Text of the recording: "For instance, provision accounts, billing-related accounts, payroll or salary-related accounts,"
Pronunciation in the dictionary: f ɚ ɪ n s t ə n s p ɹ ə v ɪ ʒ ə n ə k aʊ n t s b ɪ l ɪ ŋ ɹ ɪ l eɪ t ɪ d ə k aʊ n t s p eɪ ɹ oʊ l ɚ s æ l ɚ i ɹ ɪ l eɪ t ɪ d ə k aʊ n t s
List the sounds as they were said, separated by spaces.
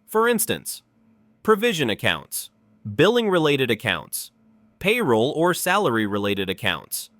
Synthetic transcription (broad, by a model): f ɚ ɪ n s t ə n s p ɹ ə v ɪ ʒ ə n ə k aʊ n t s b ɪ l ɪ ŋ ɹ ɪ l eɪ t ɪ d ə k aʊ n t s p eɪ ɹ oʊ l ɚ s æ l ɚ i ɹ ɪ l eɪ t ɪ d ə k aʊ n t s